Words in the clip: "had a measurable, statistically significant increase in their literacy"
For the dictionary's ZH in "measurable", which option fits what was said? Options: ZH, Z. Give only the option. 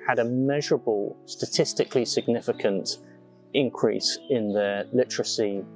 ZH